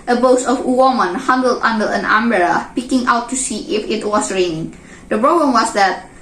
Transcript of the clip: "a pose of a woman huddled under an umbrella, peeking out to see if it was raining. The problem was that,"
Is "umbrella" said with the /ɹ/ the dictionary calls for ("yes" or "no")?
no